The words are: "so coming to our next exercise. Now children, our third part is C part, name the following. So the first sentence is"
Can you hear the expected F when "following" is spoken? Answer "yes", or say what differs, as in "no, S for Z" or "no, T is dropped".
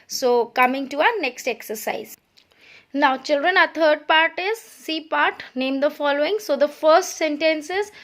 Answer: yes